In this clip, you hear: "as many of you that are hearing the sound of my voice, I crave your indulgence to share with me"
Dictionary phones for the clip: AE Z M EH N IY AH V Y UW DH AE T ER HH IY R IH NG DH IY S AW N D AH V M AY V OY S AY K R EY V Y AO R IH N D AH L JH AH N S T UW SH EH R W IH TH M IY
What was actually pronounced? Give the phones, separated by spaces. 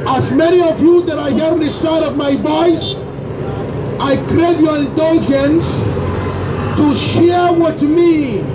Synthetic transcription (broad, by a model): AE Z M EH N IY AH V Y UW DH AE T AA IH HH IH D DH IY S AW D AH V M AY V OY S AY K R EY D Y AO R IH N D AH L JH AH N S T UW SH EH R W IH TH M IY